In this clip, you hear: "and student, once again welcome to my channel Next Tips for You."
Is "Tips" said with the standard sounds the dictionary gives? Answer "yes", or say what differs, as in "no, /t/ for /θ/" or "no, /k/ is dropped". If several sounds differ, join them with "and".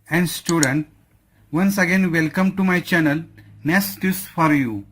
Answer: no, /p/ is dropped